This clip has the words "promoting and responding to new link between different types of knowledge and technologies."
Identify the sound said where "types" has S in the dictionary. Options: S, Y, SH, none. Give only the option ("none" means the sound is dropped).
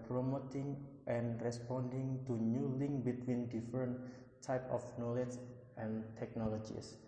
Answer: none